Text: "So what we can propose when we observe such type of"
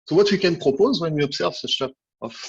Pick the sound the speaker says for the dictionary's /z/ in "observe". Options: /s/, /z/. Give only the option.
/s/